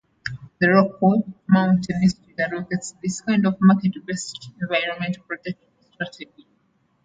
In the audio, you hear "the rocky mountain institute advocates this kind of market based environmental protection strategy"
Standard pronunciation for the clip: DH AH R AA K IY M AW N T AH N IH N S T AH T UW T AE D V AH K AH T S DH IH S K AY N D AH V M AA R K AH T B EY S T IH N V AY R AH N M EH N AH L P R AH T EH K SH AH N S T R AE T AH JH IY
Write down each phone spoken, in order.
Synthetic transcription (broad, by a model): DH AH R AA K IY M AW N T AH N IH S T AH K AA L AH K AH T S DH IH S K AY N D AH V M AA K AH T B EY S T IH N V AY R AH N M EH N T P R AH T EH K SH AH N S T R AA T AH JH IY